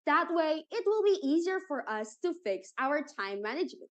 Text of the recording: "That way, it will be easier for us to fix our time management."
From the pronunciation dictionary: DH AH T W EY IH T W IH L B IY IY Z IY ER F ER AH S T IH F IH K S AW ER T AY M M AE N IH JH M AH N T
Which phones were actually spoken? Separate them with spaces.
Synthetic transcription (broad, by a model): DH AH T W EY IH T W IH L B IY IY Z IY ER F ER AH S T IH F IH K S AW ER T AY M M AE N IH JH M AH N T